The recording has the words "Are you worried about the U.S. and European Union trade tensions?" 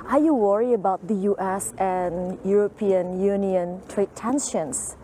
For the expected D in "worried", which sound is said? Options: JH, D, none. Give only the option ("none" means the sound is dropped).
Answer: none